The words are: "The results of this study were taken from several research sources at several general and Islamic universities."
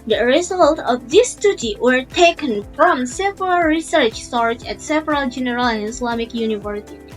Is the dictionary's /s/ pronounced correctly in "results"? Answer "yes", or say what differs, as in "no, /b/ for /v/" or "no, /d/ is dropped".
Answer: no, /s/ is dropped